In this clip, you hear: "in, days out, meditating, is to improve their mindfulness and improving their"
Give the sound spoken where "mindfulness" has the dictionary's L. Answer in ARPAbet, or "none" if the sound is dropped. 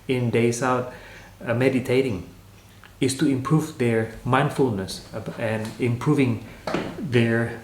L